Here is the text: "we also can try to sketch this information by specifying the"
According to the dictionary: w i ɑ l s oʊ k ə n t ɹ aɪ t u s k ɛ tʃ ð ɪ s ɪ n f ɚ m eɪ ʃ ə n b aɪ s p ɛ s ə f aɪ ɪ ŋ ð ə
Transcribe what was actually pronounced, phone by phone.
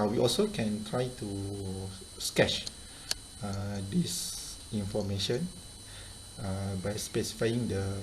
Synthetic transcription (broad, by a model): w i ɑ l s oʊ k ə n t ɹ aɪ t u s k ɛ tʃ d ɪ s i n f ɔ m eɪ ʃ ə n b aɪ s p ɛ s ə f aɪ ɪ ŋ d ə